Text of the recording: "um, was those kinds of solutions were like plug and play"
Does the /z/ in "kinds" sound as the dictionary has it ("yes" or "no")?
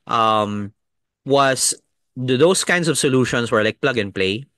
no